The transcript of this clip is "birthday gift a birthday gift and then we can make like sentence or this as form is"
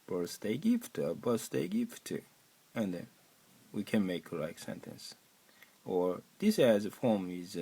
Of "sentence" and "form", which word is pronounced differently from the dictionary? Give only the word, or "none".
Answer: none